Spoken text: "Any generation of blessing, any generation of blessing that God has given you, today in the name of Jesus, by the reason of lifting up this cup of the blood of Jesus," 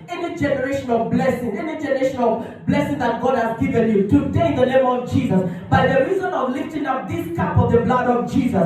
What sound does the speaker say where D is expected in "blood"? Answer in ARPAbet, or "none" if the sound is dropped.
D